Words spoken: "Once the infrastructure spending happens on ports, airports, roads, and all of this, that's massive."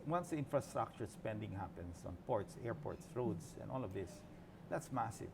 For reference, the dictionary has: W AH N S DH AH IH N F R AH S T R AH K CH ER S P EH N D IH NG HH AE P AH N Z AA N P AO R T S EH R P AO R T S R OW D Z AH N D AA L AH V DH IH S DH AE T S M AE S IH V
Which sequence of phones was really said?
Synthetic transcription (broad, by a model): W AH N S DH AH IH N F R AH S T R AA K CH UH S P EH N D IH NG HH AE P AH N S AA N P AO R T S EH R P AO R T S R OW D S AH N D AA L AH V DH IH S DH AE T S M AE S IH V